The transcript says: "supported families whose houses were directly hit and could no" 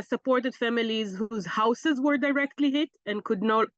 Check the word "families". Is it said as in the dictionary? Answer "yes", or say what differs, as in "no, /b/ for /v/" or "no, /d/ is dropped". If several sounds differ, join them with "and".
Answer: yes